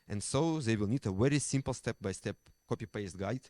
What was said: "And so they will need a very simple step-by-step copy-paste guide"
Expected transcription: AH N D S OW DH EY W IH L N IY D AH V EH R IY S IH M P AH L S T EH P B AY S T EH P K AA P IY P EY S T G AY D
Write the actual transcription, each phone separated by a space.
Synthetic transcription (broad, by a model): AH N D S OW DH EY W IH L N IY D AH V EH R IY S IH M P L S T EH P B AY S T EH P K AA P IY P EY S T G AY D